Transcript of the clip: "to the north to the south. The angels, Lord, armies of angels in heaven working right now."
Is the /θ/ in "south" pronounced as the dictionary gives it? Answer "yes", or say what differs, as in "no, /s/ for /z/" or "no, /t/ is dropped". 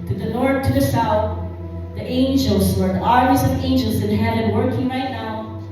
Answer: yes